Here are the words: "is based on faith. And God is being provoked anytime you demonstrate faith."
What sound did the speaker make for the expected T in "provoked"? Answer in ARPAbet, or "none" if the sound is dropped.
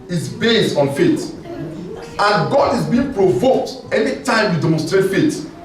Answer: T